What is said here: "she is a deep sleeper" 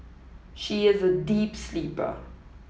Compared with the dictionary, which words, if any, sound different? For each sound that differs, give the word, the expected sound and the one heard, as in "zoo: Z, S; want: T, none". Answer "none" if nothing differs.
none